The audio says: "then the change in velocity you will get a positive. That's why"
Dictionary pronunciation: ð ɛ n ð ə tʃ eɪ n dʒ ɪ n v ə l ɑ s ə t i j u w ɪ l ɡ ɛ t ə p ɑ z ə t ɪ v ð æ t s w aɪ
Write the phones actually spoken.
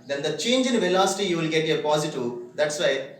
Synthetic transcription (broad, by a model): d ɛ n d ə tʃ eɪ n dʒ ɪ n v ə l ɑ s ə t i j u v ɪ l ɡ ɛ t ə p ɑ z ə t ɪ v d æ t s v aɪ